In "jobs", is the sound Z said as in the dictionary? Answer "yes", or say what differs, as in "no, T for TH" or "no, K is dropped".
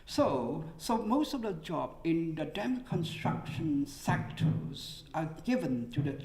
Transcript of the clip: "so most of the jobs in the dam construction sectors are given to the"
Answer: no, Z is dropped